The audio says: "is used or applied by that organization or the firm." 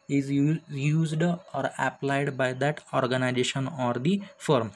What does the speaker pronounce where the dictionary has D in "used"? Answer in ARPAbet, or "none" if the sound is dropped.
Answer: D